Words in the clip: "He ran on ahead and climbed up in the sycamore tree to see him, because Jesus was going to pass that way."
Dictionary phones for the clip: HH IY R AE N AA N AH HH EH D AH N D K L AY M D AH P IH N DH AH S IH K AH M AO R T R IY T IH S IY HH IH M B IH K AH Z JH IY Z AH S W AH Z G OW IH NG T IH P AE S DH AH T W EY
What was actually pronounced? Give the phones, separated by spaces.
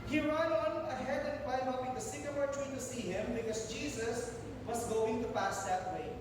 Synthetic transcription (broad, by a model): HH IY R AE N AA N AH HH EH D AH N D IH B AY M AH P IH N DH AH S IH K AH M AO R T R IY T IH S IY HH IH M B IH K AH Z JH IY Z AH S W AH Z G OW IH NG T IH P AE S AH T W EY